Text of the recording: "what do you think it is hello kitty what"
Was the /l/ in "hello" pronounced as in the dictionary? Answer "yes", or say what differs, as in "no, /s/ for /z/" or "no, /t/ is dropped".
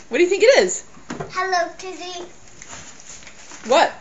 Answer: yes